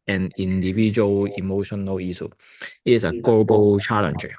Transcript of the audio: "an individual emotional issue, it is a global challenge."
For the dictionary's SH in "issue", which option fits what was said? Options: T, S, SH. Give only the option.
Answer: S